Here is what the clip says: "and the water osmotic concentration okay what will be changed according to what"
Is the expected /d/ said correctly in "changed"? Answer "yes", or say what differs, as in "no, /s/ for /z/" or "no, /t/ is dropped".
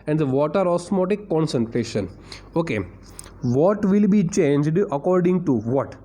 yes